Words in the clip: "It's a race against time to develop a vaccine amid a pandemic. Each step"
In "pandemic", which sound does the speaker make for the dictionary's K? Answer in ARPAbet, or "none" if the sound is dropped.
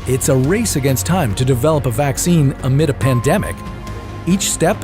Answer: K